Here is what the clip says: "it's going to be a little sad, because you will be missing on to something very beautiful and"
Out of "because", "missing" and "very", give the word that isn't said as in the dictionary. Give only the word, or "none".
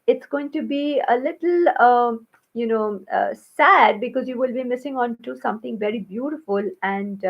none